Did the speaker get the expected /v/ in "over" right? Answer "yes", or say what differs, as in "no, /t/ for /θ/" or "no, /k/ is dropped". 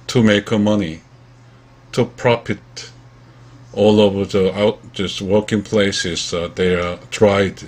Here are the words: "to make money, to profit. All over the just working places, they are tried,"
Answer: yes